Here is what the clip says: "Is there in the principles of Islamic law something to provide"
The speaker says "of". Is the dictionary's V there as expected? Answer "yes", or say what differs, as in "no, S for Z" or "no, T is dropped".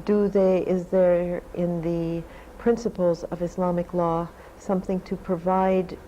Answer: yes